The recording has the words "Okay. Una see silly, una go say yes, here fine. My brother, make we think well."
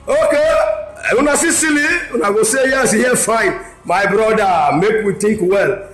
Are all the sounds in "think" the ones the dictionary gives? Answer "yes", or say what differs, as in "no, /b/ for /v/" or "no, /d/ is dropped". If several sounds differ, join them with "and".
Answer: no, /t/ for /θ/